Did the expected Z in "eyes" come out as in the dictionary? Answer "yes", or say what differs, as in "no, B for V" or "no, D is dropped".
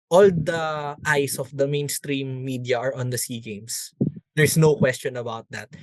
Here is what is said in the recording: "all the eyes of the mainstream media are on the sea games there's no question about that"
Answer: no, S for Z